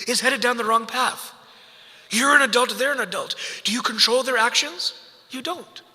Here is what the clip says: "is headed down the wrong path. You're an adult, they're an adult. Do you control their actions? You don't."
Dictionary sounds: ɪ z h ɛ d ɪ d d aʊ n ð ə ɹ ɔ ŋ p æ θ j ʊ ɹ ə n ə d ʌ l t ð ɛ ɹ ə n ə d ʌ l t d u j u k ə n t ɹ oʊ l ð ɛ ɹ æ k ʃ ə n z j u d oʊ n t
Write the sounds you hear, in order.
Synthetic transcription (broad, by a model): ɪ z h ɛ d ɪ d d aʊ n ð ə ɹ ɔ ŋ p æ θ j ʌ ɹ ə n ə d ʌ l t ð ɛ ɹ ə n ə d ʌ l t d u j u k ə n t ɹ oʊ l ð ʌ ɹ æ k ʃ ə n z j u d oʊ n t